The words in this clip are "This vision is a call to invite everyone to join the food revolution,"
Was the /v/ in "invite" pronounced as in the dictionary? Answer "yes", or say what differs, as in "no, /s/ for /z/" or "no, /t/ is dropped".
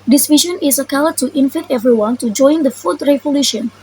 no, /f/ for /v/